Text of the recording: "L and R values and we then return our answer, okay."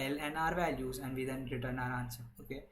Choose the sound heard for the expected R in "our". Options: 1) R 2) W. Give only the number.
1